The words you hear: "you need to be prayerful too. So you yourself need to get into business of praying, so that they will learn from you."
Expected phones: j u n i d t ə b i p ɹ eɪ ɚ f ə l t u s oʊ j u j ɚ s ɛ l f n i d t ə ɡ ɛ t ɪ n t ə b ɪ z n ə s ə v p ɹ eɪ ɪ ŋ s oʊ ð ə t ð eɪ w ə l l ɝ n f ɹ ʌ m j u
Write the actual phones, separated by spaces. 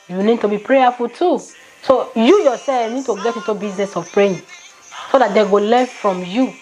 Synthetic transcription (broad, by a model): j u n i d t ə b i p ɹ eɪ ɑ f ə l t u s oʊ j u j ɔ s ɛ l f n i d t ə ɡ ɛ t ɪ t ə b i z n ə s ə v p ɹ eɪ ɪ s oʊ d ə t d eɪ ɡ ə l l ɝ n f ɹ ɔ m j u